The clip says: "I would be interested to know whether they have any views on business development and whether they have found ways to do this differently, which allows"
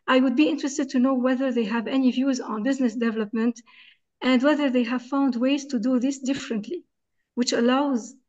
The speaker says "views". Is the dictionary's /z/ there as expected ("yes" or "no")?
yes